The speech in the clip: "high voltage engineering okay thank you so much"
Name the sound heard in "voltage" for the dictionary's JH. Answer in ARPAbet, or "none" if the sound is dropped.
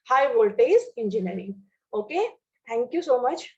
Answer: Z